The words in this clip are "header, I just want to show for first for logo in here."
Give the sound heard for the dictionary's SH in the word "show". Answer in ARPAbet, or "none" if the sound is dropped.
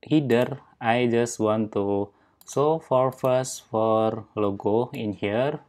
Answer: S